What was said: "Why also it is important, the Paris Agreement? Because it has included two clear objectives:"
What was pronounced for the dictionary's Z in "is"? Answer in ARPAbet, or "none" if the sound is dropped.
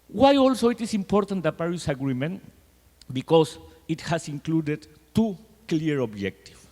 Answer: S